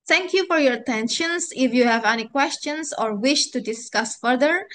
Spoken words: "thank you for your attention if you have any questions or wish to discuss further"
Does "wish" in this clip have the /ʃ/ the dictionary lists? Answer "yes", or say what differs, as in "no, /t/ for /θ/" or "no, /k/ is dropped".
yes